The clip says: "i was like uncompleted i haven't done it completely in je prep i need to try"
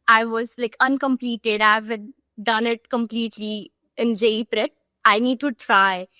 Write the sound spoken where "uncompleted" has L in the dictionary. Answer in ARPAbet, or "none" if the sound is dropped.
L